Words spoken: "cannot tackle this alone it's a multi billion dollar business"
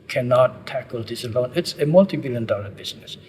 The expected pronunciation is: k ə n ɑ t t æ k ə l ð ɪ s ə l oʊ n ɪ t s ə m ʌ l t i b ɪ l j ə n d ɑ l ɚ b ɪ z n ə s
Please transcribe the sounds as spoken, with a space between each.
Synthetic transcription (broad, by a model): k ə n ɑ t t æ k ə l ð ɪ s ə l oʊ n ɪ t s ə m ʌ l t i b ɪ l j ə n d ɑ l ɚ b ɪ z n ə s